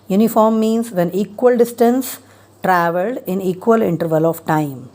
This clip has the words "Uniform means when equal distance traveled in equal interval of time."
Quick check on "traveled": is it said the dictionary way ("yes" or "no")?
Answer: yes